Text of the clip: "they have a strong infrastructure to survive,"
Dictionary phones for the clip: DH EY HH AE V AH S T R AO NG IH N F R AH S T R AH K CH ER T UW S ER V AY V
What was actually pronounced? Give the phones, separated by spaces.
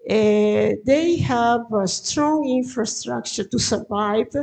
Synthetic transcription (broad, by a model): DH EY HH AE V AH S T R AO NG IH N F R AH S T R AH K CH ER T UW S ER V AY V